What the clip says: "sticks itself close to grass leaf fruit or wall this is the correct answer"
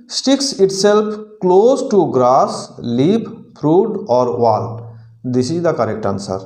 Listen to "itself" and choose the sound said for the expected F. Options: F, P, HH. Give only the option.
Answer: P